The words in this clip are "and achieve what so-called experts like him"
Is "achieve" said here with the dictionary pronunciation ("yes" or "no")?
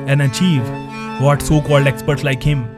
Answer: yes